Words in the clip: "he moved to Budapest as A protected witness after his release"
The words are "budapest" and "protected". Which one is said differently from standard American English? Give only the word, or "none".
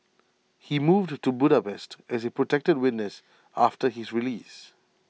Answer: none